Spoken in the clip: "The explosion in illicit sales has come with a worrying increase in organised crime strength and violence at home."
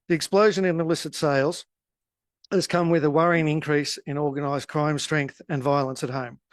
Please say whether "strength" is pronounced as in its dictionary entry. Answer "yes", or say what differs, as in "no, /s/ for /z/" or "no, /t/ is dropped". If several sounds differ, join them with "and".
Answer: yes